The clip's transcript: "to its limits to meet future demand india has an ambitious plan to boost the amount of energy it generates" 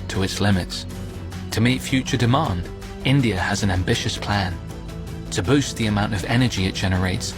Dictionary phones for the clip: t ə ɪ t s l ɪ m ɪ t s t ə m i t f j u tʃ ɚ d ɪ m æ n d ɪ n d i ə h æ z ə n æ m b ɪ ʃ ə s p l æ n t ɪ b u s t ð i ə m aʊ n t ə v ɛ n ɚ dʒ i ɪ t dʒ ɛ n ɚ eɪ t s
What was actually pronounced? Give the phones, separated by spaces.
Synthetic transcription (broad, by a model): t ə ɪ t s l ɪ m ɪ t s t ə m i t f j u tʃ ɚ d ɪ m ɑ n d ɪ n d i ə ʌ z ə n æ m b ɪ ʃ ə s p l æ n t ɪ b u s t ð i ə m aʊ n t ə v ɛ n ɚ dʒ i ɪ t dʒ ɛ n ɚ eɪ t s